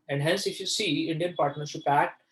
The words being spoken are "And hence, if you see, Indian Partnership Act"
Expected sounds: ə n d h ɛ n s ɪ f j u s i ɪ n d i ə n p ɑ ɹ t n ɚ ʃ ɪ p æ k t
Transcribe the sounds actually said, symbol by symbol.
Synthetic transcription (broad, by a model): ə n d h ɛ n s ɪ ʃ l s i ɪ n d i ə n p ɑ ɹ t n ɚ s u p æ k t